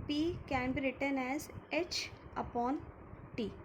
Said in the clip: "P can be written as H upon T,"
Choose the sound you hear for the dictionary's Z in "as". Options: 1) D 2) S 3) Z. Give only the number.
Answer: 3